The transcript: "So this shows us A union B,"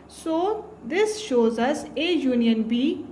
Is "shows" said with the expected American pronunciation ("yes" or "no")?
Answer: yes